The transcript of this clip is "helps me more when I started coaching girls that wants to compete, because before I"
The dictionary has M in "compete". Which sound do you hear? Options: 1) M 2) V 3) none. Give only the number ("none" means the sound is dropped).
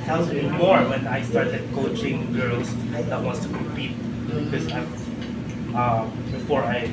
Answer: 3